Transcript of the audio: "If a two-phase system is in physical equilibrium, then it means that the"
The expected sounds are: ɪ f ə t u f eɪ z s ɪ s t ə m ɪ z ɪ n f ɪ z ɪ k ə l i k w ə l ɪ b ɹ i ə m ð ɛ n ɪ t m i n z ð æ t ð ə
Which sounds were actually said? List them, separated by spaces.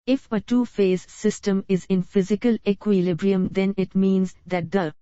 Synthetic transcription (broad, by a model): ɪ f ə t u f eɪ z s ɪ s t ə m ɪ z ɪ n f ɪ z ɪ k ə l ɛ k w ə l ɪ b ɹ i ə m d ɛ n ɪ t m i n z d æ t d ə